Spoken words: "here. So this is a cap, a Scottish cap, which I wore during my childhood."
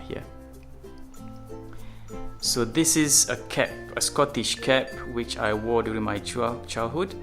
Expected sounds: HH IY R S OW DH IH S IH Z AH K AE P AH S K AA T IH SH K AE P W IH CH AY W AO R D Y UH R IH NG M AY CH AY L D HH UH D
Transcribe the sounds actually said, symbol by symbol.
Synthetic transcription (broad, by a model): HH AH S OW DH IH S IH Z AH K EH P AH S K AA T IH SH K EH P W IH CH AY W AO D Y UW R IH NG M AY CH AY L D HH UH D